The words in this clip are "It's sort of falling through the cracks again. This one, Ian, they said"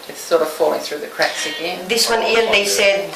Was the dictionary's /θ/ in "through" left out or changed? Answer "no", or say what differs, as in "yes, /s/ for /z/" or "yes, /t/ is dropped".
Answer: no